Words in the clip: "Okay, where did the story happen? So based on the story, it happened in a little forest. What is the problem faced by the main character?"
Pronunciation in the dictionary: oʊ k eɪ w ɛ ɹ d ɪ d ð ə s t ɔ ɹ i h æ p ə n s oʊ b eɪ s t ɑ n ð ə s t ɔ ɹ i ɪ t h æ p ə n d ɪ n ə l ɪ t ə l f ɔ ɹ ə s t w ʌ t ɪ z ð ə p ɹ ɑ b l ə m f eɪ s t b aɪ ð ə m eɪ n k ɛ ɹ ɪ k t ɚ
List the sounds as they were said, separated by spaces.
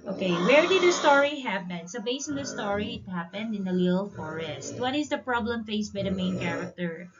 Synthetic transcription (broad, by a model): oʊ k eɪ w ɛ ɹ d ɪ d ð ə s t ɔ ɹ i h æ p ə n s oʊ b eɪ s ɑ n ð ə s t ɔ ɹ i ɪ t h æ p ə n d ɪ n ə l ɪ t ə l f ɔ ɹ ə s t w ʌ t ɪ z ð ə p ɹ ɑ b l ə m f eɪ s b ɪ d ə m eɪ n k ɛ ɹ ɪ k t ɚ